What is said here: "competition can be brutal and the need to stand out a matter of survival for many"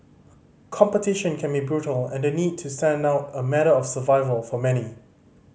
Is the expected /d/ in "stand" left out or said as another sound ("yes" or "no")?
no